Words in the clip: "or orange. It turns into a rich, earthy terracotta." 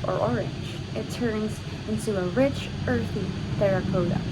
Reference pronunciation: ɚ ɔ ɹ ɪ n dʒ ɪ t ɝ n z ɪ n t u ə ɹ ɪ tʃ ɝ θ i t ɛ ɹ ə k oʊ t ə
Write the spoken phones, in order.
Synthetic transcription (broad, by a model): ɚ ɔ ɹ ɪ n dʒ ɪ t ɝ n z ɪ n t u ə ɹ ɪ tʃ ɝ θ i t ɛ ɹ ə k oʊ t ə